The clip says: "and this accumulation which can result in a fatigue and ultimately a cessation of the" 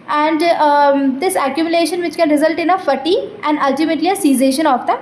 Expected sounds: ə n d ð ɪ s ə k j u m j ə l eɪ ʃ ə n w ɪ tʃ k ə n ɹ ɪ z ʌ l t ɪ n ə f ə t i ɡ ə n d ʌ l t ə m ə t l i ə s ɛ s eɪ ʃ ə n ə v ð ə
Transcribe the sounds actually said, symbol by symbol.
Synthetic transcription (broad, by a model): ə n d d ɪ s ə k j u m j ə l eɪ ʃ ə n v ɪ tʃ k ə n ɹ ɪ z ʌ l t ɪ n ə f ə t i ə n d ʌ l t ə m ə t l i ə s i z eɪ ʃ ə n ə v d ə